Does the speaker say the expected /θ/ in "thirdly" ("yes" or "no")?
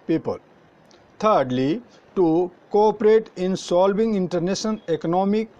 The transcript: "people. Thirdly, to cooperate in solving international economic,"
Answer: no